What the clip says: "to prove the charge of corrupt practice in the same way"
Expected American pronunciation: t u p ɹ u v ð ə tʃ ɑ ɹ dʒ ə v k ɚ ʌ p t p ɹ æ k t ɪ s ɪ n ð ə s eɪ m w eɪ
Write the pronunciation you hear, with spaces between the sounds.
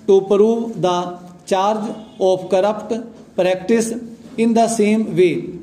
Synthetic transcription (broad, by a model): t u p ɹ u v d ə tʃ ɑ ɹ dʒ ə p k ɚ ʌ p t p ɹ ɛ k t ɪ s ɪ n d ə s eɪ m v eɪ